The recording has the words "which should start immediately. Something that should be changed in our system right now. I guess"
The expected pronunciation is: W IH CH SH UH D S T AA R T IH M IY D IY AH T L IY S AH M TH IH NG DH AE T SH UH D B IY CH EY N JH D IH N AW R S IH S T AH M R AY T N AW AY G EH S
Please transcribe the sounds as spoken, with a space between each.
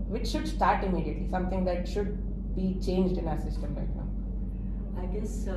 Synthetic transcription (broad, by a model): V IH CH SH UH D S T AA R T IH M IY D IY AH T L IY S AH M T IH NG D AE T SH UH D B IY CH EY N JH D IH N AW R S IH S T AH M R AY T N AW AY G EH S